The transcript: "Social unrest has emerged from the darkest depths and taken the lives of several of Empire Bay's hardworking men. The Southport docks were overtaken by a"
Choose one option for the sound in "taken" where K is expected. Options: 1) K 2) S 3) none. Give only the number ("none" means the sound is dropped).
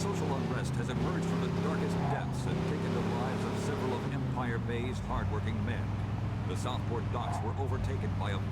1